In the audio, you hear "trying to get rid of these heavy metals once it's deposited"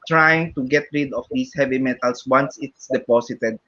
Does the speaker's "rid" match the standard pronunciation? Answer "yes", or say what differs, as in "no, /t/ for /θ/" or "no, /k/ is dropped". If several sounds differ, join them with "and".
yes